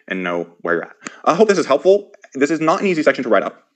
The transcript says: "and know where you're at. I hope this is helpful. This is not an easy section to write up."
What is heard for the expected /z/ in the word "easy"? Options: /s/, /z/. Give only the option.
/z/